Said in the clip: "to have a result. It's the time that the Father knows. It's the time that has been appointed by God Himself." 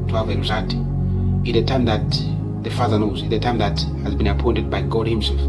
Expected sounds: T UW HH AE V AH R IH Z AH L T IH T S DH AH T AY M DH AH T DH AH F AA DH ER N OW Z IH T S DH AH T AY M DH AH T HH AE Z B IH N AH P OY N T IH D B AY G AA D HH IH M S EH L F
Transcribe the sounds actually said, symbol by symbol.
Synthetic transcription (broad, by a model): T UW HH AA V AH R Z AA T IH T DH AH T AY M DH AH T DH AH F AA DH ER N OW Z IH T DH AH T AY M DH AH T HH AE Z B IH N AH P OY N T IH D B AY G AA D HH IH M S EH L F